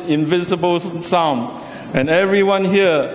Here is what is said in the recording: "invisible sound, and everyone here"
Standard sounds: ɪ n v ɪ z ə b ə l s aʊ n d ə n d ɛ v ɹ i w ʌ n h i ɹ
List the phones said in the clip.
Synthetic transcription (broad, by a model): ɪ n v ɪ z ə b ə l s aʊ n ə n ɛ v ɹ i w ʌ n h i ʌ